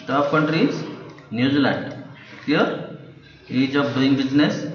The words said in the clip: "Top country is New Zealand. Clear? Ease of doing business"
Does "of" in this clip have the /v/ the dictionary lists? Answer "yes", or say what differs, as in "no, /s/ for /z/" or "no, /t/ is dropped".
no, /b/ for /v/